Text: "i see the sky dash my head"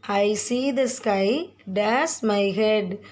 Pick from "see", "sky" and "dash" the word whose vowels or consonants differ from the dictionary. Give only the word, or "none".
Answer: dash